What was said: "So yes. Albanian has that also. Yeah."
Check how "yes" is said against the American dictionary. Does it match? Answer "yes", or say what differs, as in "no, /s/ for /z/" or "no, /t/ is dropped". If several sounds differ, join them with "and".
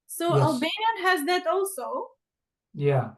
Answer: no, /s/ is dropped